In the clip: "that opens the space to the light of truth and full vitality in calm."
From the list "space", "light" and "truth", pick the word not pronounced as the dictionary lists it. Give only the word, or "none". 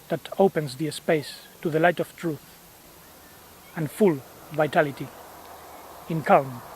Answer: none